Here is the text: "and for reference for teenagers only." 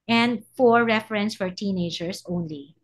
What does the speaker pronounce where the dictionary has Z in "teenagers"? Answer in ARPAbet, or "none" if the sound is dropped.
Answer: S